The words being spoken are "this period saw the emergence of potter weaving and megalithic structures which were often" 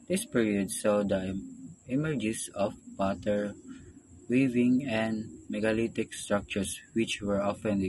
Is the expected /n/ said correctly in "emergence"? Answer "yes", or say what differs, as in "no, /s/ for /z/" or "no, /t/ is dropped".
no, /n/ is dropped